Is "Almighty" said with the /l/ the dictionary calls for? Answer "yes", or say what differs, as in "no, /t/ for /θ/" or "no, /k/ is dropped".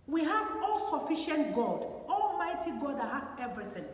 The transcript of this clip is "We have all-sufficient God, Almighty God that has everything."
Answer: yes